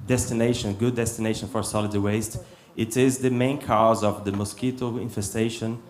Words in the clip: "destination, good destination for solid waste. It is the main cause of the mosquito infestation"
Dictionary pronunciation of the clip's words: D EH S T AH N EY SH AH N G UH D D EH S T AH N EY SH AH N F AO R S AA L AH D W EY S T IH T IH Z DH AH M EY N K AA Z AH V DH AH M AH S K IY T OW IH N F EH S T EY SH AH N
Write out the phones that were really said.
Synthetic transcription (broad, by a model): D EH S T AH N EY SH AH N G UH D D EH S T AH N EY SH AH N F AO R S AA L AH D W EY S T IH T IH Z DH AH M EY N K AA Z AH V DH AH M AH S K IY T OW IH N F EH S T EY SH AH N